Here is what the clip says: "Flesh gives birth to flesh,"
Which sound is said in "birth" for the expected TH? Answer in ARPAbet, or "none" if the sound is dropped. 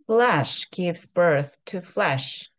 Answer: TH